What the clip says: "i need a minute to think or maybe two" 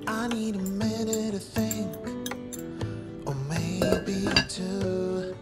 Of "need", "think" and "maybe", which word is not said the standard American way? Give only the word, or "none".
none